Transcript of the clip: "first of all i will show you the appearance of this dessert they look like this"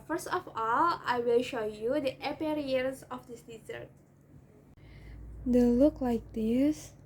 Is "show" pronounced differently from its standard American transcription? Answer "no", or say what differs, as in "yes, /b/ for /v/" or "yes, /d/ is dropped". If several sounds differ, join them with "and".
no